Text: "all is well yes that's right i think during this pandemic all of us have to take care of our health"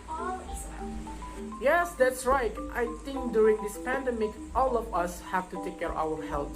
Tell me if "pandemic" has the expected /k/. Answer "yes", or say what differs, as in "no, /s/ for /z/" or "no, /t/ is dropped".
yes